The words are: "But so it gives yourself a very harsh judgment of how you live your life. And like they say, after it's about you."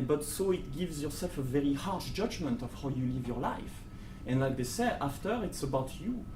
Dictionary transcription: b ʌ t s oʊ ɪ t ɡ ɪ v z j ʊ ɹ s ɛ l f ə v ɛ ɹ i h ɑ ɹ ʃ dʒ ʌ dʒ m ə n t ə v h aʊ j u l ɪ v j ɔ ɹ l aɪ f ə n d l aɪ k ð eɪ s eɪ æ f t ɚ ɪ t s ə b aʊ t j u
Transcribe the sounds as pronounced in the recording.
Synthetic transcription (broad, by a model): b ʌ t s oʊ ɪ t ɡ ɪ v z j ʊ ɹ s ɛ l f ə v ɛ ɹ i h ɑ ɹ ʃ dʒ ʌ dʒ m ə n t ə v h aʊ j u l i v j ɔ ɹ l aɪ f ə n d l aɪ k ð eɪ s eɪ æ f t ɚ ɪ t s ə b aʊ t j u